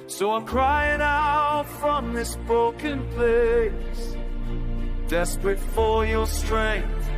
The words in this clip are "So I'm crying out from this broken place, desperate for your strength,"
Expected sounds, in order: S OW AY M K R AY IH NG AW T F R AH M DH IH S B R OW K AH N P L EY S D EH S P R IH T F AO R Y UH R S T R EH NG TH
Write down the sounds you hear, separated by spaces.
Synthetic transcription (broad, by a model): S OW AY M K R AY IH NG AW T F R AH M DH IH S B R OW K AH N P L EY S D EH S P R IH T F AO L Y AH R S T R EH NG TH